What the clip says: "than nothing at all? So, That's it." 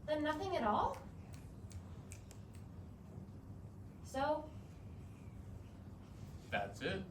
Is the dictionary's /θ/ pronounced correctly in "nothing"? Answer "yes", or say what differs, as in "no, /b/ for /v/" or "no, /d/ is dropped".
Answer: yes